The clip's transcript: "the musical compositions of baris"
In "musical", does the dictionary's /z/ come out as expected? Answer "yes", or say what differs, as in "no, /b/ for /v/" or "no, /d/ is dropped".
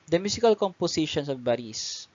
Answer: no, /s/ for /z/